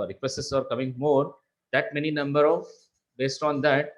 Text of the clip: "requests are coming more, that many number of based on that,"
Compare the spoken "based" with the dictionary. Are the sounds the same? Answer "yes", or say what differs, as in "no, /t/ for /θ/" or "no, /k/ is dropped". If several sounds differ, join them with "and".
yes